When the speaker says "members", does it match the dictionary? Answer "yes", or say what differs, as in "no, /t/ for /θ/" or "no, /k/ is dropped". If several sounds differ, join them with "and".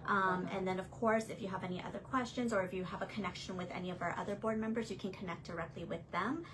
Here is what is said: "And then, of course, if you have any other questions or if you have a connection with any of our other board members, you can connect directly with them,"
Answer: yes